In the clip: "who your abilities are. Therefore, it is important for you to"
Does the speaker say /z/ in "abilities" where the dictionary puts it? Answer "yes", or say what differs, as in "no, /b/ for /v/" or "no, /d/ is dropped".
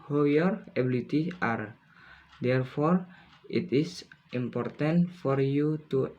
no, /z/ is dropped